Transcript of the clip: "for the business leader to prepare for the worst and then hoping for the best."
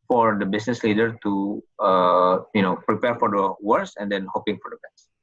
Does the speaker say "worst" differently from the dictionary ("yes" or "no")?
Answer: yes